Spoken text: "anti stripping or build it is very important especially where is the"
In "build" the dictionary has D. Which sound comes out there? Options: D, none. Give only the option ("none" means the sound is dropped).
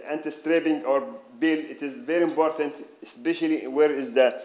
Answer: none